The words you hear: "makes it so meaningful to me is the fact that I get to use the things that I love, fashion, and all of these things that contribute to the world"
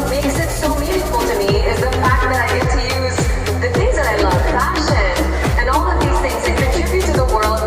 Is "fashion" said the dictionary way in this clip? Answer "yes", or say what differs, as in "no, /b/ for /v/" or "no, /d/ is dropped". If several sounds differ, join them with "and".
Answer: no, /p/ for /f/